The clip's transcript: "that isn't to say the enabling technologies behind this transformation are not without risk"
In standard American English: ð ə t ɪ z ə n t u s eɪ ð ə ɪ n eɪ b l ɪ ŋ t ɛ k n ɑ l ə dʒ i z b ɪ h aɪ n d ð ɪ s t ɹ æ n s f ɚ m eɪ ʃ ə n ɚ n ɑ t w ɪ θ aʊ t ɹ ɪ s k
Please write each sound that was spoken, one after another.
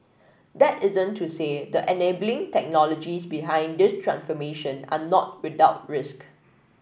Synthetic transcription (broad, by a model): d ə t ɪ z ə n t u s eɪ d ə ɪ n eɪ b l ɪ ŋ t ɛ k n ɑ l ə dʒ i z b ɪ h aɪ n d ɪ s t ɹ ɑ n s f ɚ m eɪ ʃ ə n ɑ n ɑ t w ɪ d aʊ t ɹ ɪ s k